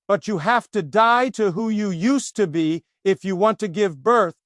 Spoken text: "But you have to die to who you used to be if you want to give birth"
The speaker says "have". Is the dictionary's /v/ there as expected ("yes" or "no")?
no